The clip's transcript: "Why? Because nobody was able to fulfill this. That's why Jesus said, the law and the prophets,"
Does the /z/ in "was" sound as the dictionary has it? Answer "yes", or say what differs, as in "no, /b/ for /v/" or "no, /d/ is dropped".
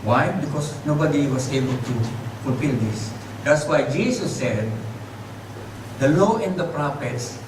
no, /s/ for /z/